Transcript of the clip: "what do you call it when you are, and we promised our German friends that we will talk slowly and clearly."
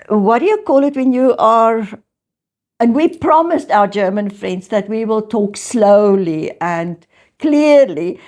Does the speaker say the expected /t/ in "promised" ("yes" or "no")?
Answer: yes